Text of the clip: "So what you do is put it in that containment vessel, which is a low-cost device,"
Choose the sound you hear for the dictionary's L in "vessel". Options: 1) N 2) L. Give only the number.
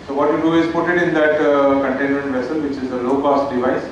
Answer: 2